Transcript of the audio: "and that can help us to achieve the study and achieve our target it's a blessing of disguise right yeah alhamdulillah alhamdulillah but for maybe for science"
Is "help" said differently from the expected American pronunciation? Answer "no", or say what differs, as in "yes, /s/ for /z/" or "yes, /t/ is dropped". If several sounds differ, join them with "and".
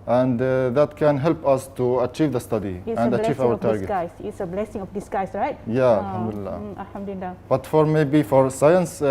no